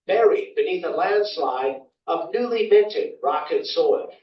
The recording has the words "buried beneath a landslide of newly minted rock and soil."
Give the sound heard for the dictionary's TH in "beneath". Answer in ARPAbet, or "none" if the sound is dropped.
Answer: TH